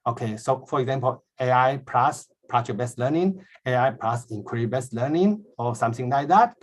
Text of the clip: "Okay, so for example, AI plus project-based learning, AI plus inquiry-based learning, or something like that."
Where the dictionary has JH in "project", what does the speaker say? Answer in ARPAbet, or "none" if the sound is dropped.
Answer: CH